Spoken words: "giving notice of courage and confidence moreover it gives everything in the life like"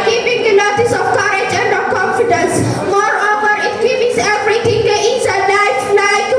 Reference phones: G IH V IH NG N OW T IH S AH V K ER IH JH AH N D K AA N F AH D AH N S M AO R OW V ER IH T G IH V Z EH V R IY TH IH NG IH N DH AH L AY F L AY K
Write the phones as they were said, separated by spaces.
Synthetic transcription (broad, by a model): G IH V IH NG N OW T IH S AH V K ER IH JH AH N D K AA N F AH D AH N S M AO R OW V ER IH T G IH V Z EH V R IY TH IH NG IH N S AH N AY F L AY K